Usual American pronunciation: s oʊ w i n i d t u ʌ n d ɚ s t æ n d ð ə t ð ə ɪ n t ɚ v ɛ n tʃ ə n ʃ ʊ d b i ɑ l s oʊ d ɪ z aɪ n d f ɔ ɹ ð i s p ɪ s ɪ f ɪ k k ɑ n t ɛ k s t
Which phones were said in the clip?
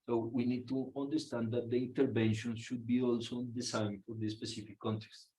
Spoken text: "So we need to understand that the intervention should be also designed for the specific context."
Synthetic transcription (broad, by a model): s oʊ w i n i d t u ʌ n d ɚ s t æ n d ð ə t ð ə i n t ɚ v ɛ n ʃ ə n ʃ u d b i ɑ l s oʊ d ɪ s aɪ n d f ɔ ɹ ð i s p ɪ s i f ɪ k k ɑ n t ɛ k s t